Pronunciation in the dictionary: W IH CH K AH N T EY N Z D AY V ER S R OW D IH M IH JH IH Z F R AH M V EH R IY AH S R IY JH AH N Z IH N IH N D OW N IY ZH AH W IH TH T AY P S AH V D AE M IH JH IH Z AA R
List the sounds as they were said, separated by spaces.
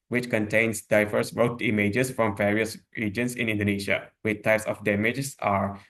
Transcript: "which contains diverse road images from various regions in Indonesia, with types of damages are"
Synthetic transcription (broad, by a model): W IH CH K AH N T EY N S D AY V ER S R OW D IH M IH JH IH S F R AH M V EH R IY AH S R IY JH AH N S IH N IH N D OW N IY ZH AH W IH T AY P S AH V D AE M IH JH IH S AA R